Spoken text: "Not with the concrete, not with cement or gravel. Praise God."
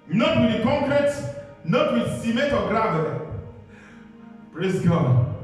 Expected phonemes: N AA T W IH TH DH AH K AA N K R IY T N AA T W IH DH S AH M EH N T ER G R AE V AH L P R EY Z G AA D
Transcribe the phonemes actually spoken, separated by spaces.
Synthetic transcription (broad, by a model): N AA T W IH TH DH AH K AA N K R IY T N AA T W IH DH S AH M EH T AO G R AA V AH P R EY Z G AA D